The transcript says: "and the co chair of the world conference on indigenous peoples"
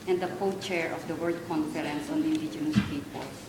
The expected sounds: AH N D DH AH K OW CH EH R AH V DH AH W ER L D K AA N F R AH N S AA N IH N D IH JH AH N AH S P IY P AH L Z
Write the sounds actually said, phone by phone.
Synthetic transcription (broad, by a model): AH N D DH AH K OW CH EH R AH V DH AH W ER D K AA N F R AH N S AA N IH N D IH JH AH N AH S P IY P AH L